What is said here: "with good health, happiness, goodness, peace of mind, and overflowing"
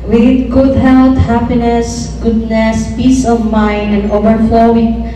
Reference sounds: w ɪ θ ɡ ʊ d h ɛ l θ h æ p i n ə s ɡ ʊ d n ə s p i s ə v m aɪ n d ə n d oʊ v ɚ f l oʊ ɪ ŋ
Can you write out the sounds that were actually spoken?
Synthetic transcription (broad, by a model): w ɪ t ɡ ʊ d h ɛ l t h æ p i n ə s ɡ ʊ d n ə s p i s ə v m aɪ n d ə n d oʊ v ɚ f l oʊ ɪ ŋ